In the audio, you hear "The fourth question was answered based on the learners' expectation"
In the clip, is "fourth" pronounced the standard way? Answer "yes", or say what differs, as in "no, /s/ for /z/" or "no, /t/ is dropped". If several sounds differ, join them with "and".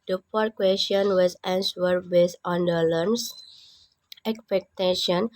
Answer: no, /p/ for /f/